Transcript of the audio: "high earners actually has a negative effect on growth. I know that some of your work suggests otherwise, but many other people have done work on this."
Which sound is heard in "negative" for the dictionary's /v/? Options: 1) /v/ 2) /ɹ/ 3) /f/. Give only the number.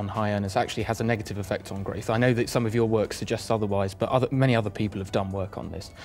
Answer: 1